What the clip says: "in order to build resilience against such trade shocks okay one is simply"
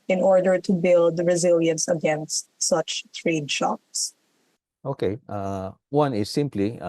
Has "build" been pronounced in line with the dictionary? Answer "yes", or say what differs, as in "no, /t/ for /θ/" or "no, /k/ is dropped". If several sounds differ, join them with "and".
yes